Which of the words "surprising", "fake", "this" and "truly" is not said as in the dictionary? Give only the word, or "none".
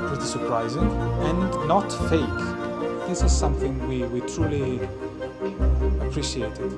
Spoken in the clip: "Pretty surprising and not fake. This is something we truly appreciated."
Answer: none